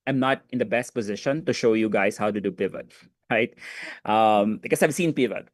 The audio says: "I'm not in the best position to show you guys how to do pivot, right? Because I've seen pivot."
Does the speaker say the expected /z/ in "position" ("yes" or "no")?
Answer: yes